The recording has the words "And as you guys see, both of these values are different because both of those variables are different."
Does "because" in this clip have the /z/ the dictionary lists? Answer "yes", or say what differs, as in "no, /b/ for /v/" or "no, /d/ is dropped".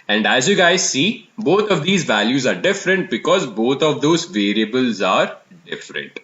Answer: yes